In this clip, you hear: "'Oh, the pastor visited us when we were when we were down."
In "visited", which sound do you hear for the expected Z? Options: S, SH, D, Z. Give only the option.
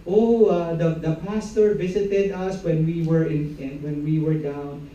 S